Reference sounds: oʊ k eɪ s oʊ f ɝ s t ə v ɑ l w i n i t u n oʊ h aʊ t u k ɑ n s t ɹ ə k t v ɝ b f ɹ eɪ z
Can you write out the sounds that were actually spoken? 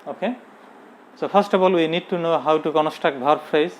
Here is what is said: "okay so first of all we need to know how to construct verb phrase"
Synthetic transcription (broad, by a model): oʊ k eɪ s oʊ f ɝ s t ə b ɑ l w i n i t u n oʊ h aʊ t u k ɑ n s t ə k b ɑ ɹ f ɹ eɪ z